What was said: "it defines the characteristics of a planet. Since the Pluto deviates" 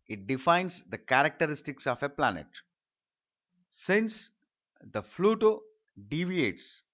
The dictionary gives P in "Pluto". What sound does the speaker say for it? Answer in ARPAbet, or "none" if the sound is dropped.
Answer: F